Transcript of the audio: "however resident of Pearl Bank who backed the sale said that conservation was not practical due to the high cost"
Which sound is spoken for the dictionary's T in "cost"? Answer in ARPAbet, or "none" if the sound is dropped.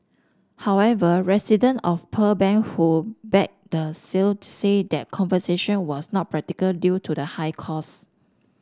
none